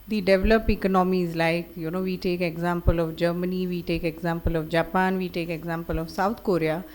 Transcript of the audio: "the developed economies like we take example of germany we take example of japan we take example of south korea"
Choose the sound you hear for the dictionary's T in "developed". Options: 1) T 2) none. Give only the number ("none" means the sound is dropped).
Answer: 2